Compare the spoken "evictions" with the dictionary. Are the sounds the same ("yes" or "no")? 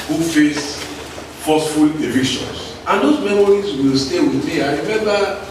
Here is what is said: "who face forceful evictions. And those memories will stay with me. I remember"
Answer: no